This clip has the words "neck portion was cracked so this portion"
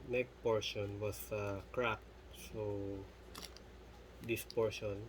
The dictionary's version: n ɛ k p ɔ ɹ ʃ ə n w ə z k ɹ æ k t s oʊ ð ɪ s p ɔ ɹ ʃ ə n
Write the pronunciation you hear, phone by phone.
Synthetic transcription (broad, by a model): n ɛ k p ɔ ɹ ʃ ə n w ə s k ɹ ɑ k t s oʊ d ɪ s p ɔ ɹ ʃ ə n